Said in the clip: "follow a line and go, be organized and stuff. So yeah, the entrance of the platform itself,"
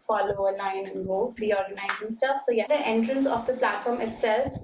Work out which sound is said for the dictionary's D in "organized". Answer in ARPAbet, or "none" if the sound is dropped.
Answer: none